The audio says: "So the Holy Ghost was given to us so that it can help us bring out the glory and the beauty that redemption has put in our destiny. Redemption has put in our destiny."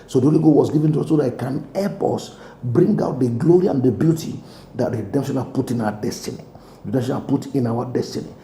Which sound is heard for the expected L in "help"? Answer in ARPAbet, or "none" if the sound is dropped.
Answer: none